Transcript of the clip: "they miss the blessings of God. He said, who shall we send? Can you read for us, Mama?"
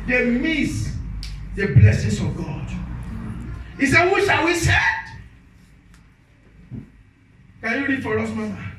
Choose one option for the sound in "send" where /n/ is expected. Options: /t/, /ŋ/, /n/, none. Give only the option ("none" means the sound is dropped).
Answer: none